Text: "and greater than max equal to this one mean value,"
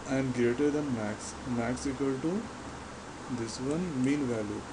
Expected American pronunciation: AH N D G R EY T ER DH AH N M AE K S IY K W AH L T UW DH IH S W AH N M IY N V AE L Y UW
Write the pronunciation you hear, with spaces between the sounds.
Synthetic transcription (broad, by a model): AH N D G R EY T ER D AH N M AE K S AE K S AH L T UW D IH S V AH N M IY N V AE L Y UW